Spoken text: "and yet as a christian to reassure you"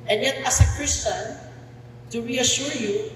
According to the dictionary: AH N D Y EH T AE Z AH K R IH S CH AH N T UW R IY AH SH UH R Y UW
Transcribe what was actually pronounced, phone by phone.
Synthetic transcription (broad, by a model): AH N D Y EH T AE S AH K R IH S CH AH N T UW R IY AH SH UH R Y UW